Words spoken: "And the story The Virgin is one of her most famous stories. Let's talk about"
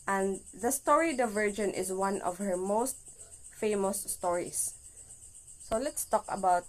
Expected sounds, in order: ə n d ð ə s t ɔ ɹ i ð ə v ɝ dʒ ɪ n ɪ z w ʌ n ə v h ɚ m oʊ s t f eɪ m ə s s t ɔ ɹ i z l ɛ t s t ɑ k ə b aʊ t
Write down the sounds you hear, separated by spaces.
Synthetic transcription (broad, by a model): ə n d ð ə s t ɔ ɹ i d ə v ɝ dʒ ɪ n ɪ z w ʌ n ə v h ɚ m oʊ s t f eɪ m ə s s t ɔ ɹ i s l ɛ t s t ɑ k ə b aʊ t